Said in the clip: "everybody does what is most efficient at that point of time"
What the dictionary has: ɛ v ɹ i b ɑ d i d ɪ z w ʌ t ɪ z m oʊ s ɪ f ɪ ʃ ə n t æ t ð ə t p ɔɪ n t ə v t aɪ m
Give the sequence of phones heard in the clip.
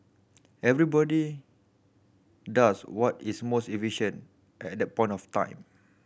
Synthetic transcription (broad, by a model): ɛ v ɹ i b ɑ d i d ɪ s w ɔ t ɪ s m oʊ s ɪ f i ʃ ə n t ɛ t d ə t p ɔɪ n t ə f t aɪ m